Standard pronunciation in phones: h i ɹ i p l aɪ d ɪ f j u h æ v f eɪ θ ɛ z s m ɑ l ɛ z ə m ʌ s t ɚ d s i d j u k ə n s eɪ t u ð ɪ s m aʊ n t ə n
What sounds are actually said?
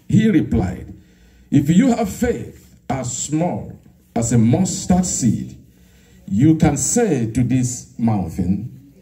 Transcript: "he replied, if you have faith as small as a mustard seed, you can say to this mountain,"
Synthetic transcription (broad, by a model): h i ɹ i p l aɪ d ɪ f j u h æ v f eɪ θ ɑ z s m ɑ l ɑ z ə m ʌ s t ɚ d s i d j u k ə n s eɪ t u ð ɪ s m aʊ n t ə n